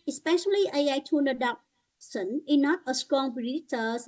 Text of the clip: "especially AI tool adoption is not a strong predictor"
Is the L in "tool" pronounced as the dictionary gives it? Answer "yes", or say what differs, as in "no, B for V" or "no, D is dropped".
no, N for L